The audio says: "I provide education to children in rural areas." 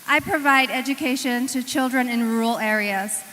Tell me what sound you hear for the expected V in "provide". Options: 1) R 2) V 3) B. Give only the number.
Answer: 2